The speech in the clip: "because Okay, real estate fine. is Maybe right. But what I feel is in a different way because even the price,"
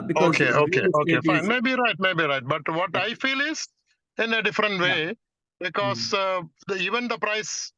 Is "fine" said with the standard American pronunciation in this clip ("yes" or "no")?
no